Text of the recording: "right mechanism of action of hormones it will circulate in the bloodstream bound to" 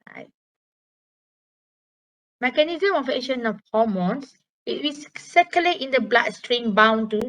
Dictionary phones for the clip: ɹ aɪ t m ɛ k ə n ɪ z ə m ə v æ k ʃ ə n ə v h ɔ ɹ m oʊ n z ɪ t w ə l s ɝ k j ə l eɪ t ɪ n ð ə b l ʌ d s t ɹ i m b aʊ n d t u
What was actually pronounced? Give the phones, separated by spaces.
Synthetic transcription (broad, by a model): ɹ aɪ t m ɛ k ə n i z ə m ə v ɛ ʃ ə n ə f h ɔ m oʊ n s ɪ t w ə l s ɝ k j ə l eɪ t ɪ n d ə b l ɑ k s t ɹ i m b aʊ n t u